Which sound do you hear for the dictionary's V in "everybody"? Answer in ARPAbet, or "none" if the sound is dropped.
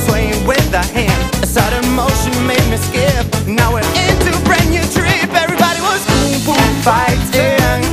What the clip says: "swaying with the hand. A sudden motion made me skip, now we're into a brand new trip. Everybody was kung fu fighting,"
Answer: V